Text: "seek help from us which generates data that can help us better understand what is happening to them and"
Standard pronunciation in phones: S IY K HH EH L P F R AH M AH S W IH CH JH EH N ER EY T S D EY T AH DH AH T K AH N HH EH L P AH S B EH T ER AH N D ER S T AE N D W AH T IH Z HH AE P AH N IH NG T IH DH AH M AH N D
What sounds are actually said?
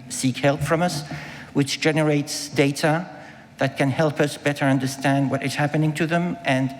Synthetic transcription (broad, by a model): S IY K HH EH L P F R AH M AH S W IH CH JH EH N ER EY T S D EY T AH DH AH T K AH N HH EH L P AH S B EH T ER AH N D ER S T AE N D W AH T IH Z HH AE P AH N IH NG T IH DH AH M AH N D